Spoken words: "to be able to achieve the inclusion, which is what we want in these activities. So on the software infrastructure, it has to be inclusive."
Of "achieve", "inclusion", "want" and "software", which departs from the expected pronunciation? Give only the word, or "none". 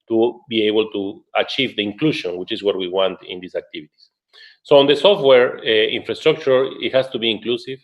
inclusion